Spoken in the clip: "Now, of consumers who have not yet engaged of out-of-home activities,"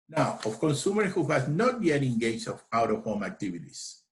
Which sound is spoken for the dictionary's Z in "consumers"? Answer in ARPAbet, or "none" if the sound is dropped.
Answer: none